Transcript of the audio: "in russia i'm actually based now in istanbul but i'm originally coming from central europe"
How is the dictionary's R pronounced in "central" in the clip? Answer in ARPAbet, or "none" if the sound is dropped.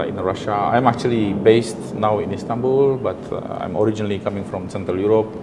R